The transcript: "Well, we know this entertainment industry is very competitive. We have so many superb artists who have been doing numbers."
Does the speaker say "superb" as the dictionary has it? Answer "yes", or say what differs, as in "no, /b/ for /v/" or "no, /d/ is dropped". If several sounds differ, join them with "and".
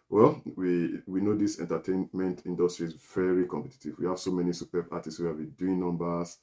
no, /b/ is dropped